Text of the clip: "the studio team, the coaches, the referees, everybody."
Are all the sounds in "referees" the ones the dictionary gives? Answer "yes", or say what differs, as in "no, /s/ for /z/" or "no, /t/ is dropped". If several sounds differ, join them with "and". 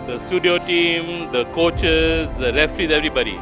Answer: no, /l/ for /ɹ/